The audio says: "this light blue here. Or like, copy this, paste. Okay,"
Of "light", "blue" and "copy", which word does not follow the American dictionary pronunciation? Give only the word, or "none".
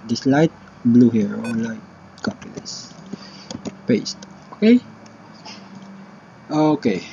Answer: none